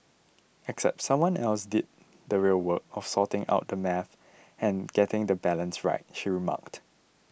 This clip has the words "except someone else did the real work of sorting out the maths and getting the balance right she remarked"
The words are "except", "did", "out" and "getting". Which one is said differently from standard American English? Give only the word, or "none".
none